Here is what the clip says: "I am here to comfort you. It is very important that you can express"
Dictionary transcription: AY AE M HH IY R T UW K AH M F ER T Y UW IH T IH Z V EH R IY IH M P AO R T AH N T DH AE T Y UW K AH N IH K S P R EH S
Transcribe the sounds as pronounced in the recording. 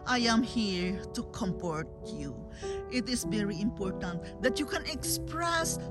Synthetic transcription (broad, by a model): AY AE M HH IY R T UW K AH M P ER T Y UW IH T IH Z V EH R IY IH M P AO R T AH N T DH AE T Y UW K AH N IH K S P R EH S